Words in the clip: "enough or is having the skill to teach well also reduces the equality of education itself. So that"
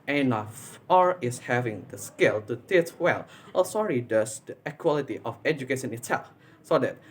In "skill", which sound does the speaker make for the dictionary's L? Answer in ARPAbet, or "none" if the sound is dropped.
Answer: L